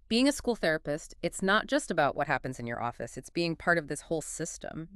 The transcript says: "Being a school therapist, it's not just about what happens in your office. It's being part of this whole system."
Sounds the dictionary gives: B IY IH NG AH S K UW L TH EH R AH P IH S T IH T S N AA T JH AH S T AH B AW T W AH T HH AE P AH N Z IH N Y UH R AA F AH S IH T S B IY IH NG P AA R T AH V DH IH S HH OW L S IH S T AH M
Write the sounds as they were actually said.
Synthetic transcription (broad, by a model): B IY IH NG AH S K UW L TH EH R AH P IH S T IH T S N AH T JH AH S T AH B AW T W AH T HH AE P AH N Z IH N Y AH R AA F AH S IH T S B IY IH NG P AA R T AH V DH IH S HH OW L S IH S T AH M